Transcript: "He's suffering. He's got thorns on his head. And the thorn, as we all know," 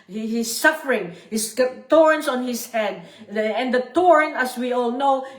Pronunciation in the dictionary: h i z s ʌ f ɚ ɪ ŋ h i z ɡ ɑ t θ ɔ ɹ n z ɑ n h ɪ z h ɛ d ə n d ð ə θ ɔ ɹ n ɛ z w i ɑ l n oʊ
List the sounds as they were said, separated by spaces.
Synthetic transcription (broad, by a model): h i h s ʌ f ɚ ɪ ŋ h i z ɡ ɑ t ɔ ɹ n s ɑ n h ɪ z h ɛ d ə n d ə t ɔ ɹ n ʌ s w i ɑ l n oʊ